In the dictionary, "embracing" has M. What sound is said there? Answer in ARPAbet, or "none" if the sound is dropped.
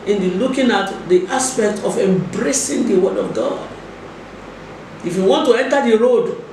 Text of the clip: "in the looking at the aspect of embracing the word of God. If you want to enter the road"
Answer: M